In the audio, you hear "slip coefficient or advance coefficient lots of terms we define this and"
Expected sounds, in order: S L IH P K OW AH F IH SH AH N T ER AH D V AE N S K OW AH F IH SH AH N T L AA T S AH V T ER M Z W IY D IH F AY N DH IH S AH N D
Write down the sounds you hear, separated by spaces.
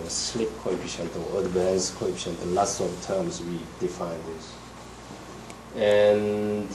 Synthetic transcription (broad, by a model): S L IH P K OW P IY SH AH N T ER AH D B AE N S K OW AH P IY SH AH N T L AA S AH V T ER M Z W IY D IH F AY N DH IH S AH N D